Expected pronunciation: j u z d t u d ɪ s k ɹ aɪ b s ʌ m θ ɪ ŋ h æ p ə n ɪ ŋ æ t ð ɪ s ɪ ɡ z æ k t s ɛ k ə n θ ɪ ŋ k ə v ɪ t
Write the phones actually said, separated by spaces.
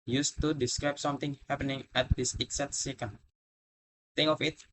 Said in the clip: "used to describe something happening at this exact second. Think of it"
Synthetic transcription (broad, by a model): j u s t u d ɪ s k ɹ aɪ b s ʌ m t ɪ ŋ h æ p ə n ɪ ŋ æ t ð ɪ s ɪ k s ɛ t s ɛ k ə n t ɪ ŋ ə f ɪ t